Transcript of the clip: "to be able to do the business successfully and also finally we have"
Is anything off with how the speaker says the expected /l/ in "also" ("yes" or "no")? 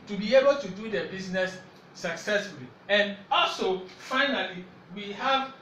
no